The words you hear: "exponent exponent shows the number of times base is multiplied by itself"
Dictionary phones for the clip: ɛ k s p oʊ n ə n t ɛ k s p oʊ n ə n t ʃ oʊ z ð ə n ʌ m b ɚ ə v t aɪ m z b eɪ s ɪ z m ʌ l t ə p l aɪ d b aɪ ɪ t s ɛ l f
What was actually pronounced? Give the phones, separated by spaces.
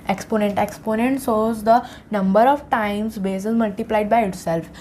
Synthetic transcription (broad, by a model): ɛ k s p oʊ n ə n t ɛ k s p oʊ n ə n t s oʊ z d ə n ʌ m b ɚ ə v t aɪ m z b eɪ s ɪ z m ʌ l t ə p l aɪ d b aɪ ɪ t s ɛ l f